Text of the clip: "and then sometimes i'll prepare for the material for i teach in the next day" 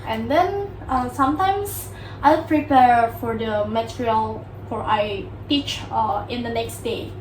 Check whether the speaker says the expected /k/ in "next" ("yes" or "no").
yes